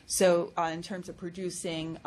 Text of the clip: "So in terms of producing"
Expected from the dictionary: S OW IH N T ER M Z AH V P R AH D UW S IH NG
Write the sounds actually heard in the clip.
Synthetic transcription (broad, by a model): S OW IH N T ER M Z AH V P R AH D UW S IH NG